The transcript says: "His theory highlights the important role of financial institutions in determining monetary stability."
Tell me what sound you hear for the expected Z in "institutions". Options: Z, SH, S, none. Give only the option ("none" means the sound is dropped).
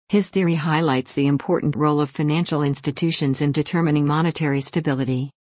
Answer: Z